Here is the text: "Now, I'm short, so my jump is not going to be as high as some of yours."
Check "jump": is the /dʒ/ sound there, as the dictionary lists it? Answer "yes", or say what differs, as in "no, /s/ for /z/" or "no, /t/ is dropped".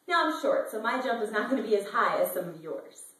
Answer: yes